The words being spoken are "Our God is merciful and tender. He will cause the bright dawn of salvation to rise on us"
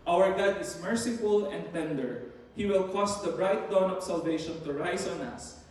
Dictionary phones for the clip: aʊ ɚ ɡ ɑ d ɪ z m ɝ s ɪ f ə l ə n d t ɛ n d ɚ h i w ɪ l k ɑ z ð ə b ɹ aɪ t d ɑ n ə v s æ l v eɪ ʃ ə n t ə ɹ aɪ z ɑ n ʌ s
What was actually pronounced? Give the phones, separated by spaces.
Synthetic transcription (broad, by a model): aʊ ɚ ɡ ɑ d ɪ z m ɝ s ɪ f ə l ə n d t ɛ n d ɚ h i w ɪ l k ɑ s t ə b ɹ aɪ t d ɑ n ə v s æ l v eɪ ʃ ə n t ə ɹ aɪ s ɑ n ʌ s